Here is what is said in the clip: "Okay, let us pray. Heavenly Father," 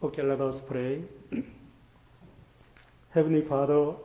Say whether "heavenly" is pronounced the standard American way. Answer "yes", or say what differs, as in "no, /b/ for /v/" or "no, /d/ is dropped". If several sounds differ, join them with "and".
no, /l/ is dropped